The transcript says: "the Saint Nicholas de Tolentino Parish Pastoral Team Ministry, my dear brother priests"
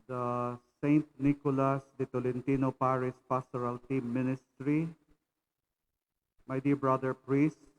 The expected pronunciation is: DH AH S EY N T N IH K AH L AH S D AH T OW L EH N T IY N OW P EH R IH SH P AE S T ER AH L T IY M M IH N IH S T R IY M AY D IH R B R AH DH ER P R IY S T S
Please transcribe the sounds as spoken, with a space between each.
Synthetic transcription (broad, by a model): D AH S EY N T N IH K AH L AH S D AH T OW L EH N T IY N OW P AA R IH S P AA S T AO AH L T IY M M IH N IH S T R IY M AY D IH R B R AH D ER P R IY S S